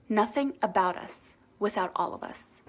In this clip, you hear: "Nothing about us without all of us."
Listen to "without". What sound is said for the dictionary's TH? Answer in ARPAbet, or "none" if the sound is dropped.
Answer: TH